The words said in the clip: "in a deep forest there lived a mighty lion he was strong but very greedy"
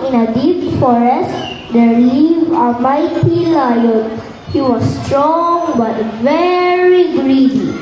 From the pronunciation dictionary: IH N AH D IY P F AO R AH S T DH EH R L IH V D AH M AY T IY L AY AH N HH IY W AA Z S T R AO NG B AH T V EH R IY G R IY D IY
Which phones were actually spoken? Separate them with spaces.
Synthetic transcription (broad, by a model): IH N AH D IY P F AO R AH S T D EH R L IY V AH M AY T IY L AY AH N HH IY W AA S T R AO NG B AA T V EH R IY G R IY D IY